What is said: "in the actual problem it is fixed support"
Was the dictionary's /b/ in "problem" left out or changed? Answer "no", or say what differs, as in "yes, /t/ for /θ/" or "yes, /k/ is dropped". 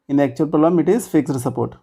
yes, /b/ is dropped